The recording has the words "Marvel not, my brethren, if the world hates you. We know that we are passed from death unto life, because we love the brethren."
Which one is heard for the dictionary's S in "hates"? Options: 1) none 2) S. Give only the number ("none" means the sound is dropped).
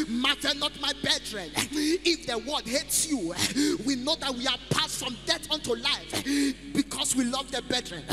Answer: 2